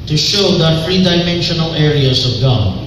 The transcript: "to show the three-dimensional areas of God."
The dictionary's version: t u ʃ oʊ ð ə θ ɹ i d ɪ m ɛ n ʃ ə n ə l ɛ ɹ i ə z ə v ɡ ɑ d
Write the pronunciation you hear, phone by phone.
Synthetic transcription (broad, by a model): t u ʃ oʊ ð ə f ɹ i d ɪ m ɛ n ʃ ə n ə l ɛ ɹ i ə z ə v ɡ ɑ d